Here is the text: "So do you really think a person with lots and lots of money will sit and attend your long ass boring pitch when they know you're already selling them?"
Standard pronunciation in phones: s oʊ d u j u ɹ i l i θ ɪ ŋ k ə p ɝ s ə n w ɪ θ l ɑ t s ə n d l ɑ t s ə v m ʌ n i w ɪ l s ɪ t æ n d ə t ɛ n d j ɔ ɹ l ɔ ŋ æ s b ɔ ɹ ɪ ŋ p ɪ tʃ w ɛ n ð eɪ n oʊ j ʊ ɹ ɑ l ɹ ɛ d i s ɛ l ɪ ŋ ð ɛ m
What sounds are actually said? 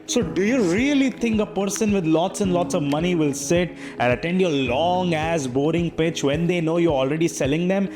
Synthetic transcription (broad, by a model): s oʊ d u j u ɹ i l i t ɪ ŋ k ə p ɝ s ə n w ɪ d l ɑ t s ə n d l ɑ t s ə v m ʌ n i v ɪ l s ɪ t æ n d ə t ɛ n d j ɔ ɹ l ɔ ŋ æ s b ɔ ɹ ɪ ŋ p ɪ tʃ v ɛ n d eɪ n oʊ j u ɹ ɑ l ɹ ɛ d i s ɛ l ɪ ŋ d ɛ m